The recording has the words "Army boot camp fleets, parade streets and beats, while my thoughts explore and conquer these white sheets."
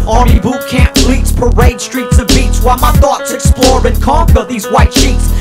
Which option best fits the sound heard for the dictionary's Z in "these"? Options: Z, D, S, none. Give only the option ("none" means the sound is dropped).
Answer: Z